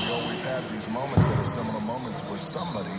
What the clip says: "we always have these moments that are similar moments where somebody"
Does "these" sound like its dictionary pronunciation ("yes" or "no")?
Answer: yes